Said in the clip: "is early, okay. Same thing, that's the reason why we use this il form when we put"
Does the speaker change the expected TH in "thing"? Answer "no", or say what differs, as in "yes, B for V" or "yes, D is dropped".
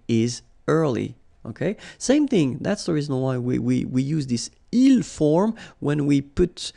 no